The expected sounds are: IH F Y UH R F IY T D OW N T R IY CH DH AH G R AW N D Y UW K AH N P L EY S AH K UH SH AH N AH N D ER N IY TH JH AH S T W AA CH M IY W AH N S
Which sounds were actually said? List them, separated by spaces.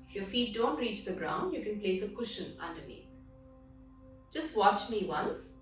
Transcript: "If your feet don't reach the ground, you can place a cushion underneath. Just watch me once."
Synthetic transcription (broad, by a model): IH F Y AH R F IY T D OW N T R IY CH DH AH G R AW N D Y UW K AH N P L EY S AH K UH SH AH N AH N D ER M IY JH AH S T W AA CH M IY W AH N S